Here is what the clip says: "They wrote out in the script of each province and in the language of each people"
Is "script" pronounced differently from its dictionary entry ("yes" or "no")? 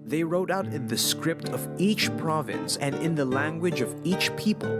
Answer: no